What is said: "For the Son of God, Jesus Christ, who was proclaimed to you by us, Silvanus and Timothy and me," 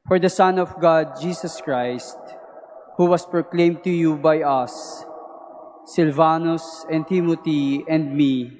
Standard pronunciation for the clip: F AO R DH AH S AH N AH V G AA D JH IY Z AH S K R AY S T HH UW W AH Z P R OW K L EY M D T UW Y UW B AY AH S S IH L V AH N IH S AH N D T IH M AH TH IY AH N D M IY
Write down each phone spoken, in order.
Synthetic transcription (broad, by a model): F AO R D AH S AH N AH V G AA D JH IY S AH S K R AY S T HH UW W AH S P R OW K L EY M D T UW Y UW B AY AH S S IH L V AH N IH S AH N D T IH M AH T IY AH N D M IY